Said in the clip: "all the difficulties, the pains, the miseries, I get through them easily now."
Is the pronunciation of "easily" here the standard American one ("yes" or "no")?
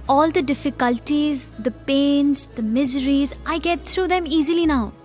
yes